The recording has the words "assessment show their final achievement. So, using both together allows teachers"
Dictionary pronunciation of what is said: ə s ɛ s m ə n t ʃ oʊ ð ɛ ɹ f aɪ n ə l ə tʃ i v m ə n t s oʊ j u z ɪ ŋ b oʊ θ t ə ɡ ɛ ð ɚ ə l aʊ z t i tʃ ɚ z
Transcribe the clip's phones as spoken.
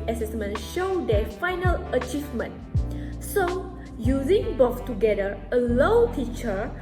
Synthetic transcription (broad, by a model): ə s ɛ s m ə n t ʃ oʊ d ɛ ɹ f aɪ n ə l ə tʃ i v m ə n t s oʊ j u z ɪ ŋ b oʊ s t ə ɡ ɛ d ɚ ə l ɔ t i tʃ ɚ